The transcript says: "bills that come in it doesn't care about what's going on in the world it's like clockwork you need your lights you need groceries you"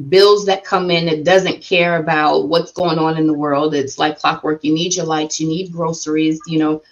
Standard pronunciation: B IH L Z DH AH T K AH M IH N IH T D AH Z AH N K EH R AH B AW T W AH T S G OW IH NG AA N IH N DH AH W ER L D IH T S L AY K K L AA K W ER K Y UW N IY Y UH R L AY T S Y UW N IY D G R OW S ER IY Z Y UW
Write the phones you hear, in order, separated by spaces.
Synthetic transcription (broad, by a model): B IH L Z DH AH T K AH M IH N IH T D AH Z AH N K EH R AH B AW T W AH T S G OW IH NG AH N IH N DH AH W ER L D IH T S L AY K K L AA K W ER K Y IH N IY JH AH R L AY T S Y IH N IY D G R OW S ER IY Z Y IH